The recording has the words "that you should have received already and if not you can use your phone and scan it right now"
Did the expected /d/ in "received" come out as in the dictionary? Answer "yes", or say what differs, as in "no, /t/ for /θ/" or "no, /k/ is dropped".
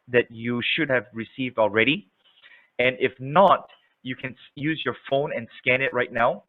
yes